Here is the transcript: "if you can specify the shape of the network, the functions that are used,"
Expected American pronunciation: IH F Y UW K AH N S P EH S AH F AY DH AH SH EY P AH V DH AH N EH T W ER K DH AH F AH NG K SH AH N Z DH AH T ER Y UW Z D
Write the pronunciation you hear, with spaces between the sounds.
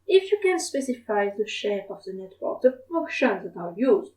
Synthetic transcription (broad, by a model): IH F Y UW K AH N S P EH S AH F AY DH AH SH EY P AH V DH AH N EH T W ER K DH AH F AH K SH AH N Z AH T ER Y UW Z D